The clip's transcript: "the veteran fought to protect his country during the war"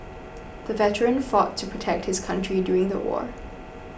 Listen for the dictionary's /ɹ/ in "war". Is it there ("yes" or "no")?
yes